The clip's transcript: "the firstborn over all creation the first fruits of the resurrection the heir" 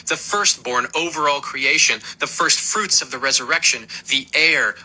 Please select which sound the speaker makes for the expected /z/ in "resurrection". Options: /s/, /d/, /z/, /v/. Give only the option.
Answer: /z/